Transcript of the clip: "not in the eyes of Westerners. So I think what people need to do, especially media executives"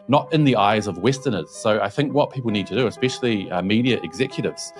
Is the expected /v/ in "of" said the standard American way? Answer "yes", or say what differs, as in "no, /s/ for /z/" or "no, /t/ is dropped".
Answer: yes